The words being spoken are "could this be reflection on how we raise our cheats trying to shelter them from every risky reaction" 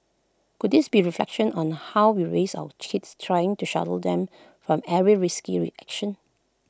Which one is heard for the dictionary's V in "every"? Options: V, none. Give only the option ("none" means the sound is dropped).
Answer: none